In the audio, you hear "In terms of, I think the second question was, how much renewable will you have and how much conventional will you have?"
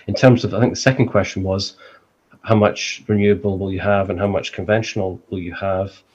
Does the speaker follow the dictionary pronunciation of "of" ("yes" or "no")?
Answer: yes